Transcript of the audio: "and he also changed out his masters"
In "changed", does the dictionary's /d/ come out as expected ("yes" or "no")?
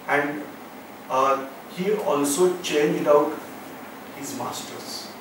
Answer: yes